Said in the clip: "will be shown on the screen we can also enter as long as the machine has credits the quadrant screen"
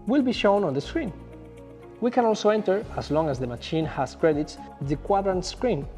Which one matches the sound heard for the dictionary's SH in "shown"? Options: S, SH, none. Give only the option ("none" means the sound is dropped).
SH